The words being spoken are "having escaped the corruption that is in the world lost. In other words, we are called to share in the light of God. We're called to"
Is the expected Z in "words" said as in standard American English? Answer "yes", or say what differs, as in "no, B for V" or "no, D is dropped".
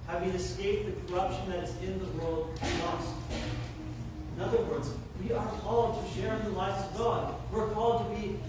yes